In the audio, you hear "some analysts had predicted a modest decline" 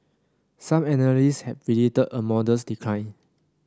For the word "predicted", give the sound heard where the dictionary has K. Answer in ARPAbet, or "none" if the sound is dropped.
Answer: none